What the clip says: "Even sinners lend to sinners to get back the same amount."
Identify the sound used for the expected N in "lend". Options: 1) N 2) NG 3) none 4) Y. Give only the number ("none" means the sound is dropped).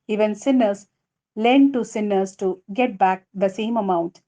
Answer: 1